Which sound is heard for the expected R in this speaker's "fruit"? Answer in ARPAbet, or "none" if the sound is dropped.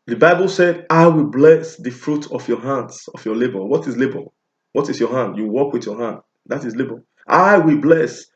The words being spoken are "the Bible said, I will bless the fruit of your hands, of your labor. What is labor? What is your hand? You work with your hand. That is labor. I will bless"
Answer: R